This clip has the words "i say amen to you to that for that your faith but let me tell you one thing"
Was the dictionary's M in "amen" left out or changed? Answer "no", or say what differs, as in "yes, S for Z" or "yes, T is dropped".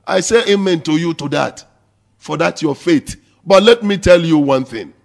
no